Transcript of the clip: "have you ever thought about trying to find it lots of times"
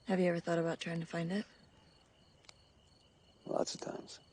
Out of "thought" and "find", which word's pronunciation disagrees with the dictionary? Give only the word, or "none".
none